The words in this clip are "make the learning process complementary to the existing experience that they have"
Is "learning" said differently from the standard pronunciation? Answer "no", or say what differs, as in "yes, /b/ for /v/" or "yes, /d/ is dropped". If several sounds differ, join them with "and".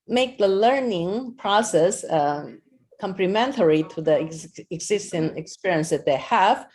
no